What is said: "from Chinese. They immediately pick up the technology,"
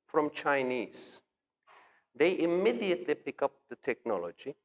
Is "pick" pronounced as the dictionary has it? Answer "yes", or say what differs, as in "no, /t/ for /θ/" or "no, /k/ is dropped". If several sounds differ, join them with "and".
yes